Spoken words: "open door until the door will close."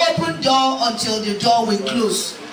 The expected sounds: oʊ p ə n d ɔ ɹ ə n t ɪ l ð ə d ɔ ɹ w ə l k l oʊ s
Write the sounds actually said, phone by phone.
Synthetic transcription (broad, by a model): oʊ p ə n d ɔ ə n t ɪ l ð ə d ɔ w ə n k l oʊ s